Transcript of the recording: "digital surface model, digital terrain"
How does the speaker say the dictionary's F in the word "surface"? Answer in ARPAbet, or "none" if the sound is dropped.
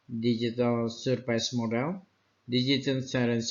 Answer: P